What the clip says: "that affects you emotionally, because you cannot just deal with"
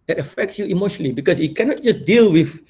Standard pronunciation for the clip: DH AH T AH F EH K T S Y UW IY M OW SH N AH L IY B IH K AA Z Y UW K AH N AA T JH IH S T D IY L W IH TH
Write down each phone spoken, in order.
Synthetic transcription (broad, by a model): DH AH T AH F EH K T S Y UW IY M OW SH N AH L IY B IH K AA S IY K AH N AA T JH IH S D IY L W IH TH